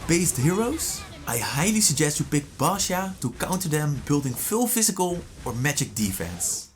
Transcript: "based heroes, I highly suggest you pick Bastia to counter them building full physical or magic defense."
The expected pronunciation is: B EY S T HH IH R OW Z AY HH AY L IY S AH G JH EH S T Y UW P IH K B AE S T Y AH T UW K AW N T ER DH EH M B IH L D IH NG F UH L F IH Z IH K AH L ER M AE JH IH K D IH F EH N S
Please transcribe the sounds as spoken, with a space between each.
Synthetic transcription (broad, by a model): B EY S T HH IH R OW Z AY HH AY L IY S AH G JH EH S T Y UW P IH K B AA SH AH T UW K AW N T ER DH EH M B IH L D IH NG F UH L F IH Z IH K AH L ER M AE JH IH K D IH F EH N S